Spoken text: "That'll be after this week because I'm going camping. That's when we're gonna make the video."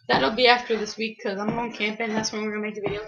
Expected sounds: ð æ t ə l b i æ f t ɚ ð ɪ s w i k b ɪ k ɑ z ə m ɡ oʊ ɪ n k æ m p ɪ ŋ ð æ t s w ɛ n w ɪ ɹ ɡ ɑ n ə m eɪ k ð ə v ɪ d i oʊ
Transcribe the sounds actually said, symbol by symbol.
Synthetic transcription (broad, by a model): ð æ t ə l b i æ f t ɚ ð ɪ s w i k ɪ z ɑ ə m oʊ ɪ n k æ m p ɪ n ð æ t s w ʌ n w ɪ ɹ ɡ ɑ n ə m eɪ k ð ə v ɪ d i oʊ